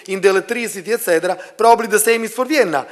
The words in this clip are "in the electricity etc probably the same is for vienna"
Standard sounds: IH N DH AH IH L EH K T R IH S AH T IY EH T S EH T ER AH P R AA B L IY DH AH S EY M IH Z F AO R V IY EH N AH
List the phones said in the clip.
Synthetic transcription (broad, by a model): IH N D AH L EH T R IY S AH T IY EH T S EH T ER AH P R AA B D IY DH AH S EY M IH S F AO R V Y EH N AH